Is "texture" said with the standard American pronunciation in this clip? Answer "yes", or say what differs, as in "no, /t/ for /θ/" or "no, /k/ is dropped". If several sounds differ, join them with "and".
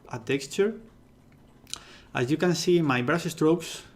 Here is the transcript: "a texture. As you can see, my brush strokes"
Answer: yes